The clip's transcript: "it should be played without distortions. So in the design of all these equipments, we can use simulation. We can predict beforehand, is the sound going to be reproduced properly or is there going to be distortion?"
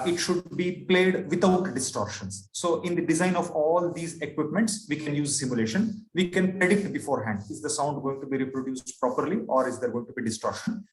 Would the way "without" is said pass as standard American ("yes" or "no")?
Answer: no